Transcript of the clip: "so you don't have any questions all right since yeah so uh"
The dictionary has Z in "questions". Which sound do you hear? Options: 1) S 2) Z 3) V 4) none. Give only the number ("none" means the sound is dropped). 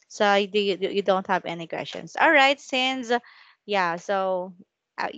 1